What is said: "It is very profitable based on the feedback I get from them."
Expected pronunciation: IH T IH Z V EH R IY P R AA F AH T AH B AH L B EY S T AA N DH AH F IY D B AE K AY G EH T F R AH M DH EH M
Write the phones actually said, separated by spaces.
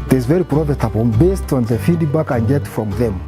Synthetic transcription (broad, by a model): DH IH Z V EH R IY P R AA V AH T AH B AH N B EY S T AA N DH AH F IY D B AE K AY G EH T F R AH M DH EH M